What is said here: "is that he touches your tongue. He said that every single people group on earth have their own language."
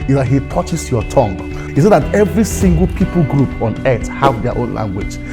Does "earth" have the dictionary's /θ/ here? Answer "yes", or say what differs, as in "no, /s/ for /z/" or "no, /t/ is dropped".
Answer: no, /t/ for /θ/